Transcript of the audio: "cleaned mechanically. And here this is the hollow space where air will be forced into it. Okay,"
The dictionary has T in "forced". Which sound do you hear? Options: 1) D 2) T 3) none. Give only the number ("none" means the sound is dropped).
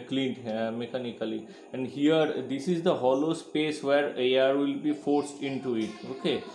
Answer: 2